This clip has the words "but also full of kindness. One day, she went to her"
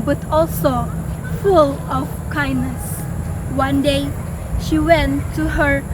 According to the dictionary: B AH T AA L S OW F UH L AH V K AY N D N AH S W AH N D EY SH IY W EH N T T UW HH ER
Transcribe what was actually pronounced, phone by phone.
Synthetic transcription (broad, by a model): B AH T AA L S OW F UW L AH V K AY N N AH S W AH N D EY SH IY W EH N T T UW HH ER